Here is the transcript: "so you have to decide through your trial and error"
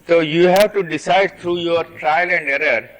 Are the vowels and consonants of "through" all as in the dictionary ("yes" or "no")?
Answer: no